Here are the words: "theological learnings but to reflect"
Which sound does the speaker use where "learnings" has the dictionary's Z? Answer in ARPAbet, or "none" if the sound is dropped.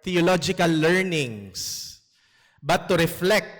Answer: S